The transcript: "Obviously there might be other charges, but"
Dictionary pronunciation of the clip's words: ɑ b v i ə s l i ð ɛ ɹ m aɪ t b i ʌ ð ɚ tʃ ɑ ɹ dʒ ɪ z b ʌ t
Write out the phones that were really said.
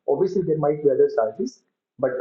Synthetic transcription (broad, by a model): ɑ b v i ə s l i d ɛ ɹ m aɪ t b i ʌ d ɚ s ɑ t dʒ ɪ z b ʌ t